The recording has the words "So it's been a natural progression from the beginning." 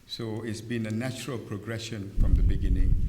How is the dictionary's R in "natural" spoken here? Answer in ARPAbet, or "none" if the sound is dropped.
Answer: R